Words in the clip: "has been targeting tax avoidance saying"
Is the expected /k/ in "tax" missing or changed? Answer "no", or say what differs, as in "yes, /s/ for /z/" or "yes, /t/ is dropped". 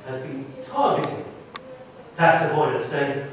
no